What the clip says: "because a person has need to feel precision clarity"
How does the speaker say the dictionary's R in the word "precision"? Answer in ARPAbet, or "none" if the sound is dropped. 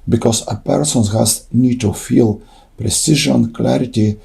R